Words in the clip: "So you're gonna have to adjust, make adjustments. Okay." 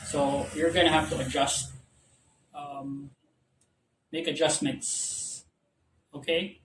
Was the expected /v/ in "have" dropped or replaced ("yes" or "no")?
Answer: yes